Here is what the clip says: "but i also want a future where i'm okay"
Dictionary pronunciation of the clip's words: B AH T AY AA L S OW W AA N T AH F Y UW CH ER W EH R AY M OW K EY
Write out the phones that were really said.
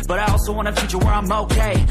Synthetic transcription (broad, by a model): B AH T AY AA L S OW W AA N AH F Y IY CH ER W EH R AY M OW K EY